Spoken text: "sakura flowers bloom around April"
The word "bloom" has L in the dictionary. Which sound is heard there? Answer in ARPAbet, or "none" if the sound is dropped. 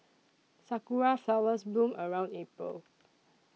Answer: none